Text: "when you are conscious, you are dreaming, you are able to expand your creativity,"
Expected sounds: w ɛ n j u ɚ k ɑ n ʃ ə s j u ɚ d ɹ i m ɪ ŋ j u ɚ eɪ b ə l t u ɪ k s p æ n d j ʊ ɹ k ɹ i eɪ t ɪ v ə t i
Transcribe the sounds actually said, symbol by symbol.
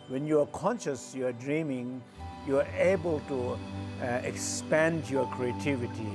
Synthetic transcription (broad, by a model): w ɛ n j u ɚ k ɑ n ʃ ə s j u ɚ d ɹ i m ɪ ŋ j u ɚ eɪ b ə l t u ɪ k s p æ n d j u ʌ k ɹ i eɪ t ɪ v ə t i